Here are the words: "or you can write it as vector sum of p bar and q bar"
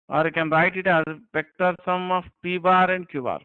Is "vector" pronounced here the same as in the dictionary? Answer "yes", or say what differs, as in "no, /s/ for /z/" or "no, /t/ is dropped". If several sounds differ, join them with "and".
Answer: no, /p/ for /v/